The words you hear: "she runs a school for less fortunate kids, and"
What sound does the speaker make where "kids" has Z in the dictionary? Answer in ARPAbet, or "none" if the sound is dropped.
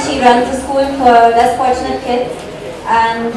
none